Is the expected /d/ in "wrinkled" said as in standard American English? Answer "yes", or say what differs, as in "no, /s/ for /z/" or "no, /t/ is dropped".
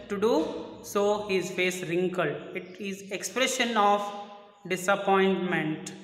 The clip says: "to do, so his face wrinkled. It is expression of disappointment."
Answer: no, /d/ is dropped